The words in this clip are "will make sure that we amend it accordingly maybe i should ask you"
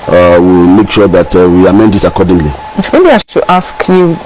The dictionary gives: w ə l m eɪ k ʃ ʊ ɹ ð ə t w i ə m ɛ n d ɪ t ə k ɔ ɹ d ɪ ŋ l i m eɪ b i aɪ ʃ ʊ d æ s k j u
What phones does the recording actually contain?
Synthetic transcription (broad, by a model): w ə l m eɪ k ʃ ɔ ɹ ð ə t w i ə m ɛ n d ɪ t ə k ɔ d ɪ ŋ l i m eɪ b i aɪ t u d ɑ s k j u